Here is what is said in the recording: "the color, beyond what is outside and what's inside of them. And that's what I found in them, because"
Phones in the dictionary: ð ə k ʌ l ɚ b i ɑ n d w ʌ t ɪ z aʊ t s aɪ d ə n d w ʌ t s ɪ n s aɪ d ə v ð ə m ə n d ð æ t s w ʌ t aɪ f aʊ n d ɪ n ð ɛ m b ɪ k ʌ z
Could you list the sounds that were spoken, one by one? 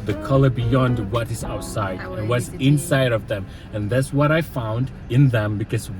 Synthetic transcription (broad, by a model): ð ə k ʌ l ɚ b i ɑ n d w ʌ t ɪ z aʊ t s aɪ ə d w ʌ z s ɪ n s aɪ d ə v ð ə m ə n ð æ t s w ʌ t aɪ f aʊ n d ɪ n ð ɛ m b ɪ k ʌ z